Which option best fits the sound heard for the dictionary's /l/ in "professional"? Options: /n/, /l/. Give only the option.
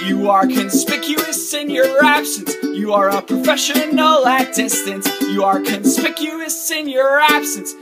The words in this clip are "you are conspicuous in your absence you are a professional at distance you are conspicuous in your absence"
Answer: /n/